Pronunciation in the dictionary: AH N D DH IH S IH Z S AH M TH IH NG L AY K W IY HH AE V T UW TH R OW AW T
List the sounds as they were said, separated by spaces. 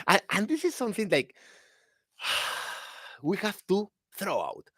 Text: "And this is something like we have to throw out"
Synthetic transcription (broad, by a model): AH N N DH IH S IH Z S AH M TH IH NG L AY K W IY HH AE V T UW TH R OW AW T